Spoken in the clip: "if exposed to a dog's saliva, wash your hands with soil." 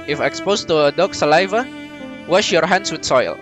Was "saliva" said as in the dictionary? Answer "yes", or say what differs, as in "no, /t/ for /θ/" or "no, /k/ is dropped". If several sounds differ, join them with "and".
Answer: yes